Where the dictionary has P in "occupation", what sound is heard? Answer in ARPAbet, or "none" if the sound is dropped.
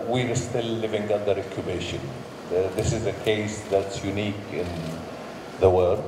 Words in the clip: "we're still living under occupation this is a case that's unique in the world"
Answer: B